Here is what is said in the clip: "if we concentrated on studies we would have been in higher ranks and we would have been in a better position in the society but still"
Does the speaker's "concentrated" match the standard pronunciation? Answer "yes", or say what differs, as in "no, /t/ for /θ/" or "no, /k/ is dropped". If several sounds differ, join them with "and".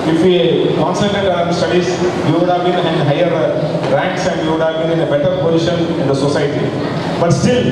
no, /n/ is dropped and /ɹ/ is dropped